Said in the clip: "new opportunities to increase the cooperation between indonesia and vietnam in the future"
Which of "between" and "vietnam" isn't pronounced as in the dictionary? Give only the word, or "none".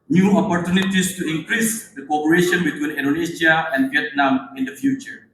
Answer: none